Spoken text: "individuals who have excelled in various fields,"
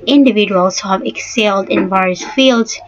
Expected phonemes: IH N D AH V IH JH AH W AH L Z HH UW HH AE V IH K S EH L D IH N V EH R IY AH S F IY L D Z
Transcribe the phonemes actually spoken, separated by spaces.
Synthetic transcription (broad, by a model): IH N D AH V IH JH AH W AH L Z HH UW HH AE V IH K S EH L D IH N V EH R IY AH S F IY L D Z